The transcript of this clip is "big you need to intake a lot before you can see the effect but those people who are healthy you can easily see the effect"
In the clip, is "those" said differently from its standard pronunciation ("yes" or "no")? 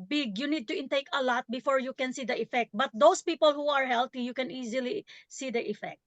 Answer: yes